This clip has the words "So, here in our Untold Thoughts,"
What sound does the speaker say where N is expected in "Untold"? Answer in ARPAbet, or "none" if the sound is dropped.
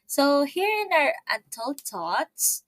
none